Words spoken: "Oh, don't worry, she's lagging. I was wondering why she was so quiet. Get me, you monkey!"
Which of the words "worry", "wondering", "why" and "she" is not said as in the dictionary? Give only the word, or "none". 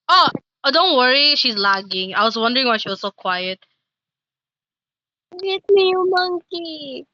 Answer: none